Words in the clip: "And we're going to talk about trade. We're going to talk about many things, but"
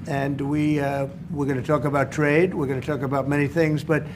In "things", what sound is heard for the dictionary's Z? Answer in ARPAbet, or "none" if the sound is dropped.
Z